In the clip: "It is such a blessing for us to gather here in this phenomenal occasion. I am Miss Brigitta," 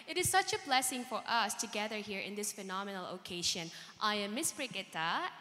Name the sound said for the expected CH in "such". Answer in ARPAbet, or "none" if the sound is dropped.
CH